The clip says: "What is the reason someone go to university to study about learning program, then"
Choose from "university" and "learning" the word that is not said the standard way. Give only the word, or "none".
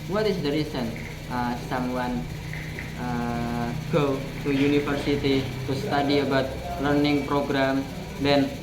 university